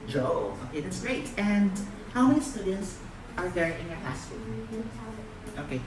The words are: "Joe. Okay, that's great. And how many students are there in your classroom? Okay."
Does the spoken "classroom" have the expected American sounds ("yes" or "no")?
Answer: no